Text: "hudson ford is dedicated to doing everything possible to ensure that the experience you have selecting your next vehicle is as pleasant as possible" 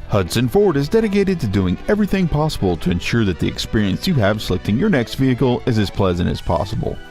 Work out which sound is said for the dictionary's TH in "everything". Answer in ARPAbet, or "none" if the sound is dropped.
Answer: TH